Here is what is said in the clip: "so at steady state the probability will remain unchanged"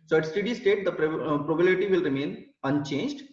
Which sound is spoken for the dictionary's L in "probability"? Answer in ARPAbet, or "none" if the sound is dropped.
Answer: none